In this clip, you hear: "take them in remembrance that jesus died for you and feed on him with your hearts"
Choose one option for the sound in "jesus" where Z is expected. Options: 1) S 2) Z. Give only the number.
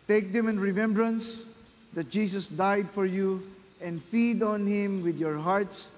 1